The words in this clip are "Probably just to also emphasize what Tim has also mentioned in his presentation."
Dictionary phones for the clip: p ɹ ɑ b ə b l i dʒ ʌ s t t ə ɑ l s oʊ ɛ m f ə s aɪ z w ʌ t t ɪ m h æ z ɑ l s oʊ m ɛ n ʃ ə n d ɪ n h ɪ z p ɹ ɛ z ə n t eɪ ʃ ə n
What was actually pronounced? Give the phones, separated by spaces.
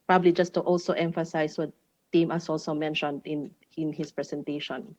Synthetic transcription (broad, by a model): p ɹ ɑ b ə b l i dʒ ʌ s t t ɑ l s oʊ ɛ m f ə s aɪ s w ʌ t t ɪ m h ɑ s ɑ l s oʊ m ɛ n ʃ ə n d ɪ n h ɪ s p ɹ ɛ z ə n t eɪ ʃ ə n